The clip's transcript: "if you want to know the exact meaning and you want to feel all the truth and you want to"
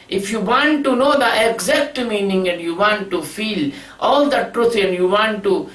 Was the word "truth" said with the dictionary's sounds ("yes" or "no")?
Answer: no